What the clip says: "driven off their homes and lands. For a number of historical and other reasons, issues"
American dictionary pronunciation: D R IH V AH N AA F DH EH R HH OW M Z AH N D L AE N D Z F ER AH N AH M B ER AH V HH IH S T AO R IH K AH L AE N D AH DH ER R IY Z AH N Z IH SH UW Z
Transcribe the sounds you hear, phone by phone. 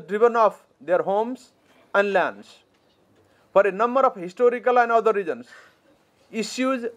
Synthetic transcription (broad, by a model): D R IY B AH N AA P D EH R HH OW M S AH N D L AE N D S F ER AH N AH M B ER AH P HH IH S T AO R IH K AH L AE N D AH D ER R IY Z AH N S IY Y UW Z